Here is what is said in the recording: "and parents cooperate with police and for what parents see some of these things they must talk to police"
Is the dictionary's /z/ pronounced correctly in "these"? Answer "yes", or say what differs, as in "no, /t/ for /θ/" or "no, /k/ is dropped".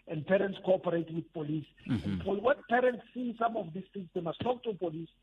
no, /s/ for /z/